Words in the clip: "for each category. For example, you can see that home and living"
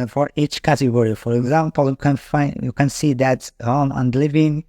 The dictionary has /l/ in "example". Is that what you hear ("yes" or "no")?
no